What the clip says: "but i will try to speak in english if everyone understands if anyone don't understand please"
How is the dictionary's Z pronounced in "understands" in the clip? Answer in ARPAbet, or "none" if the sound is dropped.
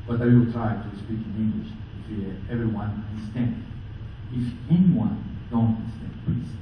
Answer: none